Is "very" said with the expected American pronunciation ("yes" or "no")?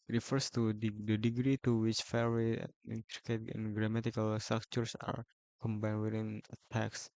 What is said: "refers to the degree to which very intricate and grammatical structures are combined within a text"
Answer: no